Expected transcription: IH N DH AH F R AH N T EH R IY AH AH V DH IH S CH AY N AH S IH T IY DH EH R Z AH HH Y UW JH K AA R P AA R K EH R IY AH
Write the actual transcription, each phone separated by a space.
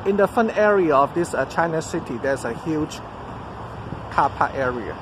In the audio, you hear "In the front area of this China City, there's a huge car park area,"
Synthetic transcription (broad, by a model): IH N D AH F AH N EH R IY AH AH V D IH S CH AY N AH S IH T IY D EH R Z AH HH Y UW JH K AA P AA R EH R IY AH